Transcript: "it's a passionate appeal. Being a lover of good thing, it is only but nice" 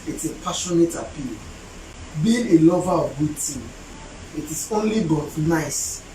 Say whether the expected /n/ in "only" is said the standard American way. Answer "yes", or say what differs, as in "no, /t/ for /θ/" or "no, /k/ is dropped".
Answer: yes